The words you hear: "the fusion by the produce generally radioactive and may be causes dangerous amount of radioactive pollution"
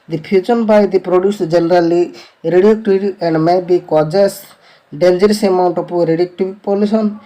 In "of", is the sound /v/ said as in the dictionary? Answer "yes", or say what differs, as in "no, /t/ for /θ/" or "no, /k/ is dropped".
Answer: no, /p/ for /v/